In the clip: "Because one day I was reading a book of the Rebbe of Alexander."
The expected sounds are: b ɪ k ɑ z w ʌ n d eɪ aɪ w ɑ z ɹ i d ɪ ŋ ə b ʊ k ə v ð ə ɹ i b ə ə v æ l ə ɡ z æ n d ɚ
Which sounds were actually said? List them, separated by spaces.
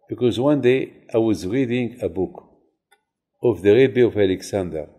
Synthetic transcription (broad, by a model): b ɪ k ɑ z w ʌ n d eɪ aɪ w ɑ z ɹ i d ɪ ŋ ə b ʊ k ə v ð ə ɹ i b ə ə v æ l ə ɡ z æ n d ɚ